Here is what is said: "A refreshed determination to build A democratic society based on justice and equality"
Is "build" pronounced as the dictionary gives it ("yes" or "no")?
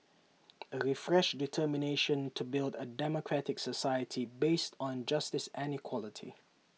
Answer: yes